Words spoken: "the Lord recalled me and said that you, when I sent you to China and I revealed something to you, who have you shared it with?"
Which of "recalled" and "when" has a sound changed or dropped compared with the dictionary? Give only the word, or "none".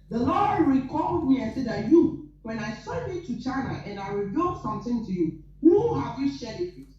none